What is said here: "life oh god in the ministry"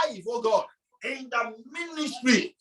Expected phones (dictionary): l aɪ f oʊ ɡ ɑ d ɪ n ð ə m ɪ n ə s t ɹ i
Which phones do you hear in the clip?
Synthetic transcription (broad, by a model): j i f oʊ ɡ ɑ ɪ n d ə m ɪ n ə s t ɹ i